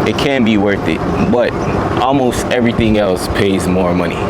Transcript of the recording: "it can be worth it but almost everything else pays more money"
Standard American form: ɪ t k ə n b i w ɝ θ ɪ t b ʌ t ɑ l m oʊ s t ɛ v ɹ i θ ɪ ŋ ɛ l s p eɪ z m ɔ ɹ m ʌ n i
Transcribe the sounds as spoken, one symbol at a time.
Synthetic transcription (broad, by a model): ɪ t k ə n b i w ɝ θ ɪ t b ʌ t ɑ l m oʊ s t ɛ v ɹ i θ ɪ ŋ ɛ l s p eɪ z m ɔ ɹ m ʌ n i